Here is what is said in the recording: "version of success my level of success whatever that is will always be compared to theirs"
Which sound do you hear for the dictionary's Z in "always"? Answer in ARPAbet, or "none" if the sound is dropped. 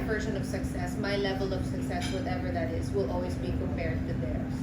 Z